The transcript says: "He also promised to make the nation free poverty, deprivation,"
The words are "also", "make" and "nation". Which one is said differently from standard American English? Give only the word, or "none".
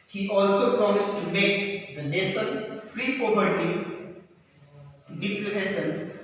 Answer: nation